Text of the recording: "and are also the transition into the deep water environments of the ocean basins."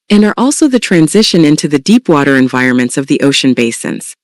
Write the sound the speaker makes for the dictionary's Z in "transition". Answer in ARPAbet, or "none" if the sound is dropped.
Z